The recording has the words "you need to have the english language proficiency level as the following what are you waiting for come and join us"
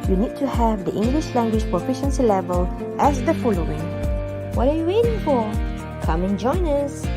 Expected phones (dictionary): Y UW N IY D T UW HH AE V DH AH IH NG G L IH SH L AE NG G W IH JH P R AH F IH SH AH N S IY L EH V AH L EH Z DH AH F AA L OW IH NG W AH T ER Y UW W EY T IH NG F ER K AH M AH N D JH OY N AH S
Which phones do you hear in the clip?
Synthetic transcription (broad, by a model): Y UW N IY D T UW HH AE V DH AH IH NG G L IH SH L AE NG G W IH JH P R AH F IH SH AH N S IY L EH V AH L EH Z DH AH F AA L OW IH NG W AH T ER Y UW W EY T IH NG F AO K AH M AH N JH OY N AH S